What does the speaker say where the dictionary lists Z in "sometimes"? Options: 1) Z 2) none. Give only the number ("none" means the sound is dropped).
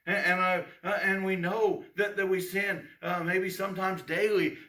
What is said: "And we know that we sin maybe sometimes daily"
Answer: 1